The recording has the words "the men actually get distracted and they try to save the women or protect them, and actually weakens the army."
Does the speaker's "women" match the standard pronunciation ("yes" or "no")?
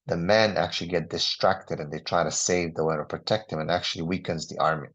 no